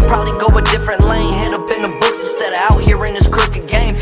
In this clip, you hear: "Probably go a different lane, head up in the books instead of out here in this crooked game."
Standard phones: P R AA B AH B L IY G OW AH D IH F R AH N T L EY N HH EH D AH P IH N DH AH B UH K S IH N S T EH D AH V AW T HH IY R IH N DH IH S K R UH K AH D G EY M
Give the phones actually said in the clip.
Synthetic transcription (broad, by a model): P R AA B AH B L IY G OW AH D IH F R AH N T L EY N HH EH D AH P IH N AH B UH K S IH S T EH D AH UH T HH IY R IH N DH IH S K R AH K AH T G EY M